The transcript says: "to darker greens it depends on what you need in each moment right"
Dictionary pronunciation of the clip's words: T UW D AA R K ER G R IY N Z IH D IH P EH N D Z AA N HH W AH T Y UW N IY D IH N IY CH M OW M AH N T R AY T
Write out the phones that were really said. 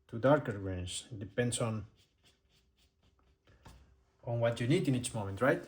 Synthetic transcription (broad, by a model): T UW D AA R K ER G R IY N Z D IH P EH N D S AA N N W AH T Y UW N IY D IH N IY CH M OW M AH N T R AY T